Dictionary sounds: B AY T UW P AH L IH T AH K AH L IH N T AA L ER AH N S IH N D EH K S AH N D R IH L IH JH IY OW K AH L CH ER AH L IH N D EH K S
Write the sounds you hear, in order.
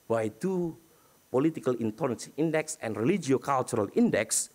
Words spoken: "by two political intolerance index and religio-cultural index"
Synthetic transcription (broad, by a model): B AY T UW P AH L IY T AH K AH L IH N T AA N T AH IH N D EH K S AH N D R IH L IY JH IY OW K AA L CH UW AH L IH N D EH K S